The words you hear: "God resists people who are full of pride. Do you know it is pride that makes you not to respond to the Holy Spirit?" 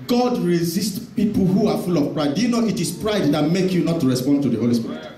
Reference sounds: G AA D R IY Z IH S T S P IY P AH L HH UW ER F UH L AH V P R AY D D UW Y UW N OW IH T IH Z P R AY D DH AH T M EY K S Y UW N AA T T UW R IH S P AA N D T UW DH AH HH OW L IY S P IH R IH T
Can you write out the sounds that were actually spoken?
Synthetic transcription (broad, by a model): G AA D R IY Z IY S T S P IY P L HH UW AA F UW L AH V P R AY D D UW Y UW N OW IH T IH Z P R AY D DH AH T M EY K Y UW N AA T T UW R IH S P AA N D T UW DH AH HH OW L IY S P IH R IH T